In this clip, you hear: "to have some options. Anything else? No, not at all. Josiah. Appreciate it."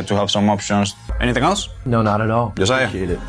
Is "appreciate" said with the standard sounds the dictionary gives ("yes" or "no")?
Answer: no